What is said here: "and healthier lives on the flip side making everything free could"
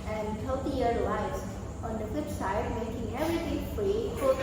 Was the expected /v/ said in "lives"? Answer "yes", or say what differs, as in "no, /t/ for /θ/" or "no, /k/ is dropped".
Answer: no, /v/ is dropped